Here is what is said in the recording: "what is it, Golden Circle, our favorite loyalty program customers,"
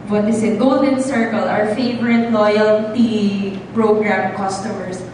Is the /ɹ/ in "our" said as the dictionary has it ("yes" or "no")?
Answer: yes